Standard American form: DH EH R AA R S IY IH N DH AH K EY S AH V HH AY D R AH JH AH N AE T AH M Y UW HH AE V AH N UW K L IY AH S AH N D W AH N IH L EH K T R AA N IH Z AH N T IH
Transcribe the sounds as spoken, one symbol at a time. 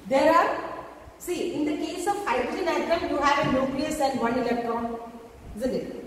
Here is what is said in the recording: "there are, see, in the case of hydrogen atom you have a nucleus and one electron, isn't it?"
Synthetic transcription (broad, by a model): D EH R AA R S IY IH N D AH K EY S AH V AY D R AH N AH IH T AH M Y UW HH AE V AH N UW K L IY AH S AH N D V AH N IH L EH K T R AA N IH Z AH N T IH